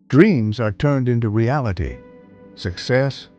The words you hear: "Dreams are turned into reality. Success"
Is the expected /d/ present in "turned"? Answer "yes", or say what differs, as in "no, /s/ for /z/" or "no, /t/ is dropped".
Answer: yes